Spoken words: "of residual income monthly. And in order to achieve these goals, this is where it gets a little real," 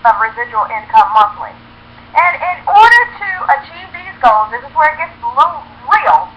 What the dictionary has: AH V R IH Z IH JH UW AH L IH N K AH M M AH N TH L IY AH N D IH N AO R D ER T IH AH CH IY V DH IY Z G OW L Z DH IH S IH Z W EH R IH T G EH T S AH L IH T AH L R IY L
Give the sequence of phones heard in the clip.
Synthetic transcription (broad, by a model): AH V R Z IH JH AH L IH N K AH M M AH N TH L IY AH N IH N AO R D ER T IH AH CH IY V DH IY Z G OW L Z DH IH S IH Z W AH R IH T G EH T S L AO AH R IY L